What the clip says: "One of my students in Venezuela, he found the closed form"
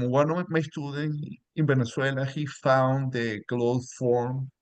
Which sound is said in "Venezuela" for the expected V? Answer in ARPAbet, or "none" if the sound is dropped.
B